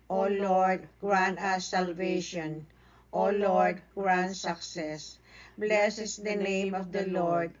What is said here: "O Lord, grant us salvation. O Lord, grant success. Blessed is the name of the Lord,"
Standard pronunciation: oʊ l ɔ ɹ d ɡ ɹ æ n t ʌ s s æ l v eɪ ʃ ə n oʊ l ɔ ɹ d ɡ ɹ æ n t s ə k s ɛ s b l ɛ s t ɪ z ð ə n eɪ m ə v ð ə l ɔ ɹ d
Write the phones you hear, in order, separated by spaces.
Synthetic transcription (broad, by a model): oʊ l ɔ ɹ d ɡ ɹ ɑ n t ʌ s s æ l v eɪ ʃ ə n oʊ l ɔ ɹ d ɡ ɹ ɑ n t s ə k s ɛ s b l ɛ s ɪ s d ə n eɪ m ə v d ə l ɔ ɹ d